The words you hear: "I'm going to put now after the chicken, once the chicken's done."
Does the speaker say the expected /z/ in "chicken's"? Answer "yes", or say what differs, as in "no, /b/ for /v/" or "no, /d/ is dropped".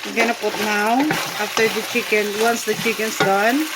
no, /s/ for /z/